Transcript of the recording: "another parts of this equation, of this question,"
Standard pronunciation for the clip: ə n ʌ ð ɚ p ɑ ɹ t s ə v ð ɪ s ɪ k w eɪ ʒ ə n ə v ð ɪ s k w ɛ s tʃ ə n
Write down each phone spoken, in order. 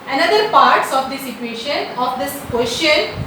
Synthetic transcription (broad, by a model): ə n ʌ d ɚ p ɑ ɹ t s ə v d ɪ s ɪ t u eɪ ʃ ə n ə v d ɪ s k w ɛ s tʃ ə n